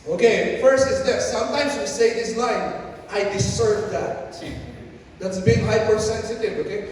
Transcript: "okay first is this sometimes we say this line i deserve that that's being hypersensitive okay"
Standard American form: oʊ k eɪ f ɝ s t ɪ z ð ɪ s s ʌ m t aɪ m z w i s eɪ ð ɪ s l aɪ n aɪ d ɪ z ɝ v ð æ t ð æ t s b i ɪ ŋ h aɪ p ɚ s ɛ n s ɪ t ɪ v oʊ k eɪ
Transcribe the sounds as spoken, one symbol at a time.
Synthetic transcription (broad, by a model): oʊ k eɪ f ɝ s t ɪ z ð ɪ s s ʌ m t aɪ m z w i s eɪ ð ɪ s l aɪ n aɪ d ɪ s ɝ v ð æ t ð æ t s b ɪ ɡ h aɪ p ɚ s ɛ n s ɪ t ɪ v oʊ k eɪ